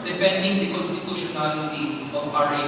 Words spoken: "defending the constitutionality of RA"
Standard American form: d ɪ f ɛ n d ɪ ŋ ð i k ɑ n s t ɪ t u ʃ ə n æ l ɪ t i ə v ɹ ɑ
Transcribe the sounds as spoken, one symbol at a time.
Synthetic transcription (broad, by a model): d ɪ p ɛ n d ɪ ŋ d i k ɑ n s t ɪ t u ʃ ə n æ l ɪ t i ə p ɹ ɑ